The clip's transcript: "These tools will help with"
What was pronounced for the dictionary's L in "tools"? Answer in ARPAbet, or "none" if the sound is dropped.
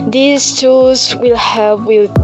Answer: none